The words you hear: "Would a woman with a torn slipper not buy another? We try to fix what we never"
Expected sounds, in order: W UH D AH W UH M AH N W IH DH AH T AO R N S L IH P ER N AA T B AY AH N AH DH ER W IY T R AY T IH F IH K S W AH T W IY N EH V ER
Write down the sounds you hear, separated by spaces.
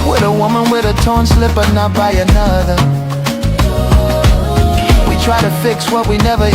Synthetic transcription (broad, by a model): W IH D AH W UH M AH N W IH DH AH T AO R N S L IH P ER N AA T B AY AH N AH DH ER W IY T R AY T IH F IH K S W AH T W IY N EH V ER